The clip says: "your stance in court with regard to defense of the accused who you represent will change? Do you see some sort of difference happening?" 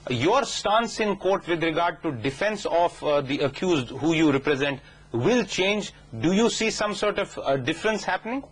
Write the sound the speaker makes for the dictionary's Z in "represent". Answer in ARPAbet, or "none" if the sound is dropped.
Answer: Z